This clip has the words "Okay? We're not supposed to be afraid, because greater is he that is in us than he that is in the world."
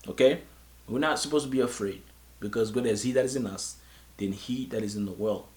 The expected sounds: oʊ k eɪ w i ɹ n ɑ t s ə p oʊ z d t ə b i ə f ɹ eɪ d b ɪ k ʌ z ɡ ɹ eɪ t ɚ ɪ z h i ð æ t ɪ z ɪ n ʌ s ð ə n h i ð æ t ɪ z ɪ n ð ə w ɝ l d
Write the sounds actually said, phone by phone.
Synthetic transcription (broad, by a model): oʊ k eɪ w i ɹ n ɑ t s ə p oʊ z t ə b i ə f ɹ eɪ d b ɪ k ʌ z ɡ eɪ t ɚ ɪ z h i ð æ t ɪ z ɪ n ʌ s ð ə n h i ð æ t ɪ z ɪ n ð ə w ɝ l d